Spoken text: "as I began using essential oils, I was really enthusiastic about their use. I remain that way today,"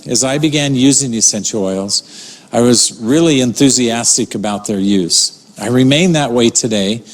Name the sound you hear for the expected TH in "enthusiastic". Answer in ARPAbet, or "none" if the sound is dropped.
TH